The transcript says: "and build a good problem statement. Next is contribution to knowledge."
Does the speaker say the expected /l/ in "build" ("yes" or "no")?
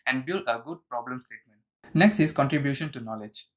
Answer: yes